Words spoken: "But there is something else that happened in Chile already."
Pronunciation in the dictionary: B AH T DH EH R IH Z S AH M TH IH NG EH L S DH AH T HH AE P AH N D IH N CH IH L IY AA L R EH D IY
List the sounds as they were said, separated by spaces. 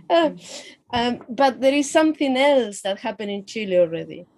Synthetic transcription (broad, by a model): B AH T DH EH R IH Z S AH M TH IH NG EH L S DH AH T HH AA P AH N IH N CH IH L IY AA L R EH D IY